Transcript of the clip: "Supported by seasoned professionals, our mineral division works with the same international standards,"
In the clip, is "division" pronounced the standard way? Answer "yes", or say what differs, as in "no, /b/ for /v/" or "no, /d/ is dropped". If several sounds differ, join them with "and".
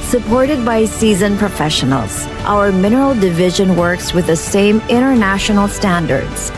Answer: yes